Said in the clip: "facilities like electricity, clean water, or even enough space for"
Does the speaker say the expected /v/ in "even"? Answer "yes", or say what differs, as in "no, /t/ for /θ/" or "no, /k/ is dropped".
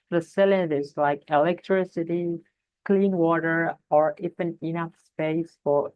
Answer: no, /f/ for /v/